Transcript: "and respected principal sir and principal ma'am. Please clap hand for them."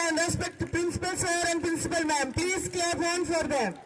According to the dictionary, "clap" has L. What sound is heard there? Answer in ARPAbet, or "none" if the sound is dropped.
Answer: none